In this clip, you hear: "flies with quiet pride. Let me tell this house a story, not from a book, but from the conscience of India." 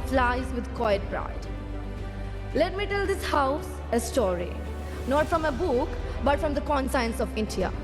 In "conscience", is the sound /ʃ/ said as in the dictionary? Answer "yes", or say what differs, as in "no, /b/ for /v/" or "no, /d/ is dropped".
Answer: no, /s/ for /ʃ/